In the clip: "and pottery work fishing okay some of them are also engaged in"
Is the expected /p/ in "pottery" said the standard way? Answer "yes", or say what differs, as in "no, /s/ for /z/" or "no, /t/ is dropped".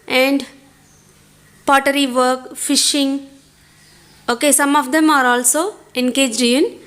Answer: yes